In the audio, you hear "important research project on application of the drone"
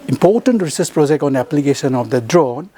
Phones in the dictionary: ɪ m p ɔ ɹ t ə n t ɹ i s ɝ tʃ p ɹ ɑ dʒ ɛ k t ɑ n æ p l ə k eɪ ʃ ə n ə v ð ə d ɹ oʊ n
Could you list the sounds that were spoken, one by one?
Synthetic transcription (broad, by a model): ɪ m p ɔ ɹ t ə n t ɹ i s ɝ s p ɹ ɑ dʒ ɛ k t ɑ n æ p l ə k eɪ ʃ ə n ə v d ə d ɹ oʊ n